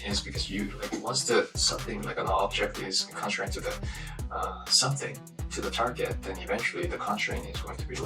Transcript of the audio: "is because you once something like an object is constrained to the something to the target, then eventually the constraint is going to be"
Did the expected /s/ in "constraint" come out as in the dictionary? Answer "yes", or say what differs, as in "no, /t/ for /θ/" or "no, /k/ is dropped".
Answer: no, /s/ is dropped